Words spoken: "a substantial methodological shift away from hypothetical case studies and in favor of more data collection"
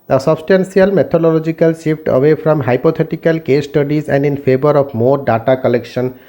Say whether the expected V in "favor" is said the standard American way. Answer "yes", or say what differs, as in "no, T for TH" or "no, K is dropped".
no, B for V